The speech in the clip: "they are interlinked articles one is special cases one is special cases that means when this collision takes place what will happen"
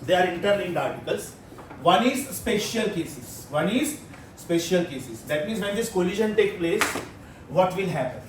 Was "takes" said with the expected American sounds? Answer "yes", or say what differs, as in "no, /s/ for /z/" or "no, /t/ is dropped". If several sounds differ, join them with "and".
no, /s/ is dropped